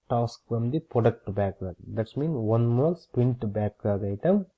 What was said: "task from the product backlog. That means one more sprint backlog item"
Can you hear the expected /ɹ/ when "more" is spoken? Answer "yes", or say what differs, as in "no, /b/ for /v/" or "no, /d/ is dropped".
no, /l/ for /ɹ/